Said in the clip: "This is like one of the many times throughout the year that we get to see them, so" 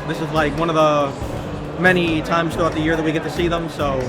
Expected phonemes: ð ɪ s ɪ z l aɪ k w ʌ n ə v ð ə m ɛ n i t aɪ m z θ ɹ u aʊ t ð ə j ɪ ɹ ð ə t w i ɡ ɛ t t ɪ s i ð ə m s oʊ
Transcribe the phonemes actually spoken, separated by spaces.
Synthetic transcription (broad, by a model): ð ɪ s ɪ z l aɪ k w ʌ n ə v ð ə m ɛ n i t aɪ m z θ u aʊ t ð ə j ɪ ɹ ð ə t w i ɡ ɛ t t ɪ s i ð ə m s oʊ